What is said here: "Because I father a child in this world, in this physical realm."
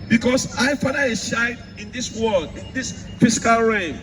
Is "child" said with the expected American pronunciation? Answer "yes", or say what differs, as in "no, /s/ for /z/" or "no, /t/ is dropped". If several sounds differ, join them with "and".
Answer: no, /ʃ/ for /tʃ/